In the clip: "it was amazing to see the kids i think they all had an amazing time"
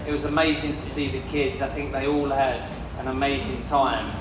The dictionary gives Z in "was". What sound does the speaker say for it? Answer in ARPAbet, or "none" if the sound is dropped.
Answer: Z